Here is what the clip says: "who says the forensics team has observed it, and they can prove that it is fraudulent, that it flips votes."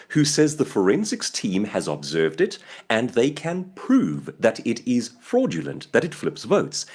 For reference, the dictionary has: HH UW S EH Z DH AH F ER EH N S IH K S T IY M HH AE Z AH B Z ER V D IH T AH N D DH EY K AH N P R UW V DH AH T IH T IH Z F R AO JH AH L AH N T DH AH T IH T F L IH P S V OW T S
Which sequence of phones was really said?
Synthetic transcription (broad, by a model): HH UW S EH Z DH AH F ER EH N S IH K S T IY M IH Z AH B Z ER V D IH T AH N DH EY K AH N P R UW V DH AH T IH T IH Z F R AO JH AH L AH N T DH AH T IH T F L IH P S V OW T S